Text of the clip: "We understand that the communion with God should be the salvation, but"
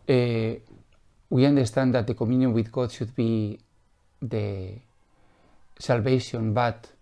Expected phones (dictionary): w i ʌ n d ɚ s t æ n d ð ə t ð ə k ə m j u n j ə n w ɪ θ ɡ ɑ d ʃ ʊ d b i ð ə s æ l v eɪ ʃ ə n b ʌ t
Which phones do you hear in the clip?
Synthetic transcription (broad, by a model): w i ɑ n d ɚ s t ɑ n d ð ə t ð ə k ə m j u n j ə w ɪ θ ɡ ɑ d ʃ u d b i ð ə s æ l b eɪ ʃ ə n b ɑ t